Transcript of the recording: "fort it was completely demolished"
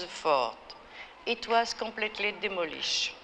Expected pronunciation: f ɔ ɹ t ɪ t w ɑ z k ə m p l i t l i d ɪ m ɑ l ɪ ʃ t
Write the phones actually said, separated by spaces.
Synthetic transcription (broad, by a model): f ɔ ɹ t ɪ t w ɑ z k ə p l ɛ t l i d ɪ m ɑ l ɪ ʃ